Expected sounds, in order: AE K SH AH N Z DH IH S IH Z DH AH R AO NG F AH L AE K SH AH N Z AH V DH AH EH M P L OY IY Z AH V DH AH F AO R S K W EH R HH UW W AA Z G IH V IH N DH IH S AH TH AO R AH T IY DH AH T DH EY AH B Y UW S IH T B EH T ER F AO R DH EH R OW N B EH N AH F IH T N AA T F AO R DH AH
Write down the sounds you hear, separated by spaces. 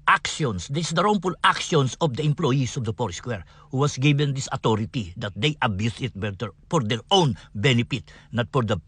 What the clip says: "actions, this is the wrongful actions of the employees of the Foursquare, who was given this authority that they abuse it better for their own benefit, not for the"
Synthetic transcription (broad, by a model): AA K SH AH N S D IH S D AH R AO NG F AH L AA K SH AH N S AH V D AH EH M P L OY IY S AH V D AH P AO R S K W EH R HH UW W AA S G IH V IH N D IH S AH T AO R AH T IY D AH T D EY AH B Y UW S IH T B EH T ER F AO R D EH R OW N B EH N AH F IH T N AA T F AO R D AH